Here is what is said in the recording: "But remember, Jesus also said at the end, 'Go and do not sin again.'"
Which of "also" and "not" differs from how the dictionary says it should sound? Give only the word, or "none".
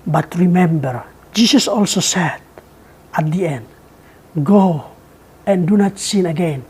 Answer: none